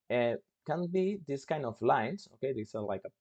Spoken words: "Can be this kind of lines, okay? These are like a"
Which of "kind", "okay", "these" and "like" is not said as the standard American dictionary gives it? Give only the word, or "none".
these